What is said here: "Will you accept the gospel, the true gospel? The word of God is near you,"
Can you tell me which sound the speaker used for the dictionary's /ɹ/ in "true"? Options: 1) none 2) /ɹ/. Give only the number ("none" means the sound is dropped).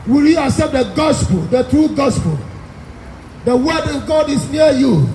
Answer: 2